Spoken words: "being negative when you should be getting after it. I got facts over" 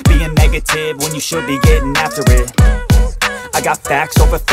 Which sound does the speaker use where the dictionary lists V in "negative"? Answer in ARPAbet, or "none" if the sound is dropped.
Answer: V